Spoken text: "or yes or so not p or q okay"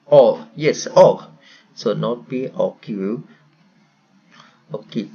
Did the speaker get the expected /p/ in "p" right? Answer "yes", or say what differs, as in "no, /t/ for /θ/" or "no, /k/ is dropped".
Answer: no, /b/ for /p/